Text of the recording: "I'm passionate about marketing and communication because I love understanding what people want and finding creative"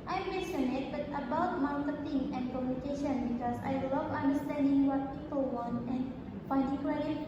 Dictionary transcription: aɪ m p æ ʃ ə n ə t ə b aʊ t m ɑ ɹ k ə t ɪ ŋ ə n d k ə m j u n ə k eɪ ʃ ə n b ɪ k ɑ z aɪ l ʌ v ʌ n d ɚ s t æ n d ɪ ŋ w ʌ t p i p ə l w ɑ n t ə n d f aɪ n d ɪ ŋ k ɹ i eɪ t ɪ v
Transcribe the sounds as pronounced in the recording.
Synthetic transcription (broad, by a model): aɪ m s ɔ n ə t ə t ə b aʊ t m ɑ l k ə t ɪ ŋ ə n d k ə m j u n ə k eɪ ʃ ə n b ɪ k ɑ s aɪ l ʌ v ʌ n d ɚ s t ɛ n d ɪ ŋ w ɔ t p i p ə l w ɑ n t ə n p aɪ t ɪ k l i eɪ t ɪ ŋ